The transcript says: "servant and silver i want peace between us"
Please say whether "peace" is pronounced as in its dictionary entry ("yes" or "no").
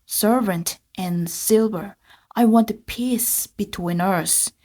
yes